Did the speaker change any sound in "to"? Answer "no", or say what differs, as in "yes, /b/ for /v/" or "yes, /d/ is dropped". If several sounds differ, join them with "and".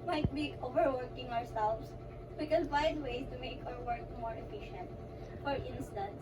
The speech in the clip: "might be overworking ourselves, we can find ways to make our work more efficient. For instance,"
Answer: no